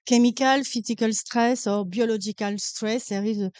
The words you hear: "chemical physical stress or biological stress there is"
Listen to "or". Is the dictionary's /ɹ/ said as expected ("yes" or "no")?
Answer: yes